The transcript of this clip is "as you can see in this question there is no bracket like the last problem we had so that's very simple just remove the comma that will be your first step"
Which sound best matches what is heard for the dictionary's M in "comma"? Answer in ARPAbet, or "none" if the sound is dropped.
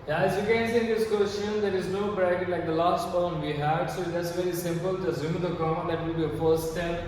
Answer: none